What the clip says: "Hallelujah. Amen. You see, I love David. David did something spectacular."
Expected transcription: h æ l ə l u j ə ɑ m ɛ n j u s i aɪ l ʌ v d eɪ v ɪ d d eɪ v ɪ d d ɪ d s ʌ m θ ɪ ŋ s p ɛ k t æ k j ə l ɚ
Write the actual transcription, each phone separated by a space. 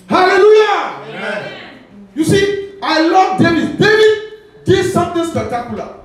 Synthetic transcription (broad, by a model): h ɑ l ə l u j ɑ j u s i aɪ l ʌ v d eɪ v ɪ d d eɪ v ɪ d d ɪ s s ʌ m t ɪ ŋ s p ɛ k t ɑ k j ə l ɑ